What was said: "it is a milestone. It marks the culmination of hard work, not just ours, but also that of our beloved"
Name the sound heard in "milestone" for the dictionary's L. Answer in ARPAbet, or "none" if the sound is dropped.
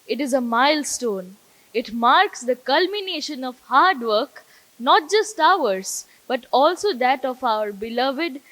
L